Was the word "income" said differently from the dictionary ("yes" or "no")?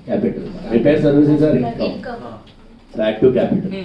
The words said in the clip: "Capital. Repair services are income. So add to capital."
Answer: yes